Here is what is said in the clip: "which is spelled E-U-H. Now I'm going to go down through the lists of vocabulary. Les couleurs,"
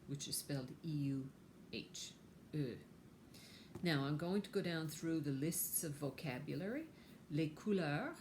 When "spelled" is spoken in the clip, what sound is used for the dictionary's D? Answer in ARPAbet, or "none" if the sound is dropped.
D